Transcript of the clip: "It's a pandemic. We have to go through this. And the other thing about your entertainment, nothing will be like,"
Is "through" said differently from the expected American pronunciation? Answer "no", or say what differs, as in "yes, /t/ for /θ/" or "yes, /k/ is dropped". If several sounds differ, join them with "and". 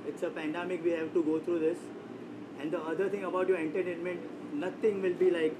yes, /t/ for /θ/